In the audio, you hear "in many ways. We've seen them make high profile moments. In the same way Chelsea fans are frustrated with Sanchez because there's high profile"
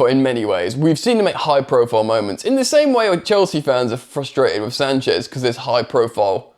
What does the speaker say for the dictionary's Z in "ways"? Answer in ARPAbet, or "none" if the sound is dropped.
Z